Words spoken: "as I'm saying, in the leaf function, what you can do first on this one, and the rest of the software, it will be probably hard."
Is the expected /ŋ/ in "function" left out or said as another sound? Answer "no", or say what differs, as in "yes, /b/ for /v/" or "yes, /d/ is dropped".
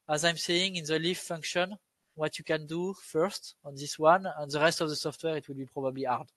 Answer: no